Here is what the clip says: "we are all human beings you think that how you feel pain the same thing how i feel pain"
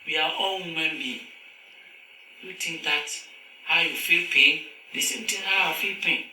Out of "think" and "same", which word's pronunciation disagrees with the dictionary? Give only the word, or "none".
think